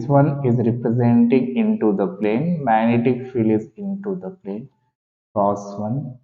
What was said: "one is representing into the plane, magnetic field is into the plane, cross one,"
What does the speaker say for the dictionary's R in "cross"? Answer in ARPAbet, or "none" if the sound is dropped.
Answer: none